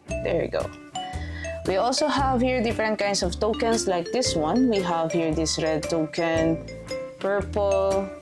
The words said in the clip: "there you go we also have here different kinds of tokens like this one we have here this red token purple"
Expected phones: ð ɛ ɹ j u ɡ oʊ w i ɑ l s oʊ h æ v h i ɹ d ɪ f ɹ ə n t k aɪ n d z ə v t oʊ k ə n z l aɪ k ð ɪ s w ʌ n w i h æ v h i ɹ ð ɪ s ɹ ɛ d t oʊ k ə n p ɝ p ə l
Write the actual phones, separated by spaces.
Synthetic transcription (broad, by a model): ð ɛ ɹ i ɡ oʊ w i ɑ l s oʊ h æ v h i ɹ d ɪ f ɹ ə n t k aɪ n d s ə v t oʊ k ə n s l aɪ k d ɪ s w ʌ n w i h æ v h i ɹ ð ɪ s ɹ ɛ d t oʊ k ə n p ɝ p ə l